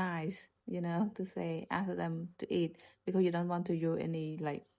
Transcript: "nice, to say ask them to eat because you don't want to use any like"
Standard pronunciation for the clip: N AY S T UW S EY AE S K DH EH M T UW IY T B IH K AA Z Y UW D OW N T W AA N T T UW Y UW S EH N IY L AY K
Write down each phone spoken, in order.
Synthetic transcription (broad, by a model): AY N T UW S EY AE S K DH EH M T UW IY T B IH K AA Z Y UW D OW N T W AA N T T UW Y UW EH N IY L AY K